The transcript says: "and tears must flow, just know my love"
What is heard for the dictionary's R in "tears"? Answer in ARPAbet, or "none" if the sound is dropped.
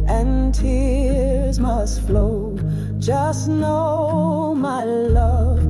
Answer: R